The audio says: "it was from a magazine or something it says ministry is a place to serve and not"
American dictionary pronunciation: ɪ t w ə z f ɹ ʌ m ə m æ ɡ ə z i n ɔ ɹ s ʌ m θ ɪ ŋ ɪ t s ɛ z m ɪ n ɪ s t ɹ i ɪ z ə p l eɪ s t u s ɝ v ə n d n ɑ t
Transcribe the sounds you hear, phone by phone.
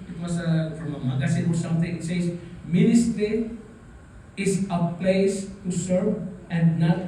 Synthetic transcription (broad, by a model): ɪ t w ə s f ɹ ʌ m ə m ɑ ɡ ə s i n ɔ ɹ s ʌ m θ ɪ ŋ ɪ t s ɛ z m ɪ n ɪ s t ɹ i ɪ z ə p l eɪ s t u s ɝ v ə n d n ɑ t